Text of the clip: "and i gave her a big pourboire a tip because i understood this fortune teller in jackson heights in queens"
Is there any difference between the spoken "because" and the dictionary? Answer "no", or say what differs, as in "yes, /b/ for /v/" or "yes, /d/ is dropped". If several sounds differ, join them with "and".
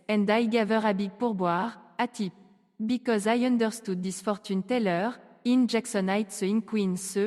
no